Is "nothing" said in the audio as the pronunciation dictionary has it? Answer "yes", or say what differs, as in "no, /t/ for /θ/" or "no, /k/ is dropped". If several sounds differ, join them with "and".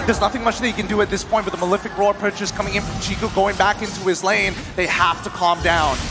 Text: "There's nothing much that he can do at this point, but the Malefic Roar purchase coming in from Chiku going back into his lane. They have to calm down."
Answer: yes